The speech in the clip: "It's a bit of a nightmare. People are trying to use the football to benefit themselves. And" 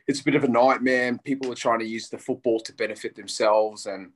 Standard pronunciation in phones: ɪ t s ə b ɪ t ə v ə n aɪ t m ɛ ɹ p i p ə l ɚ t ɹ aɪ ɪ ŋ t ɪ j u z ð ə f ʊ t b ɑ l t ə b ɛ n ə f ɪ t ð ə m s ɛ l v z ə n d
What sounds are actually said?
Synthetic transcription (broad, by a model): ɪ t s ə b ɪ t ə v ə n aɪ t m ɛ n p i p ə l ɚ t ɹ aɪ ɪ ŋ t ɪ j u z ð ə f ʊ t b ɑ l t ə b ɛ n ə f ɪ t ð ə m s ɛ l v z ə n